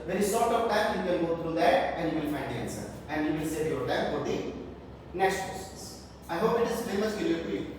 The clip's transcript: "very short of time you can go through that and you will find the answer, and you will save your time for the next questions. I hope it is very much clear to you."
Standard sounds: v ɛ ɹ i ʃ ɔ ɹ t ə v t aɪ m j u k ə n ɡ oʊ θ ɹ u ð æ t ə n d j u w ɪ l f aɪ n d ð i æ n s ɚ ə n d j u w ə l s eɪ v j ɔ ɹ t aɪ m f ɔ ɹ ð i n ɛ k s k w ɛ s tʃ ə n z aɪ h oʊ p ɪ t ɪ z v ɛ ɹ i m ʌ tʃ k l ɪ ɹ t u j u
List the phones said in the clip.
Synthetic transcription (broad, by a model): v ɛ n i s ɔ ɹ t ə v t aɪ m j u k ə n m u t ɹ u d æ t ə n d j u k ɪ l f aɪ n d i æ n s ɚ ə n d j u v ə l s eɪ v j ɔ ɹ t aɪ m f ɔ ɹ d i n ɛ k s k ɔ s s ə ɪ h oʊ p ɪ t ɪ z v ɛ ɹ i m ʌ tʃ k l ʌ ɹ t u j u